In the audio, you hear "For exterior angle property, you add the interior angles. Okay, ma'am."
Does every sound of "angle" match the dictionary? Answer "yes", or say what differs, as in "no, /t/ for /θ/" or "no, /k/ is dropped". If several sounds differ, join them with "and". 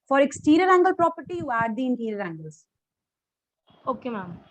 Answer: yes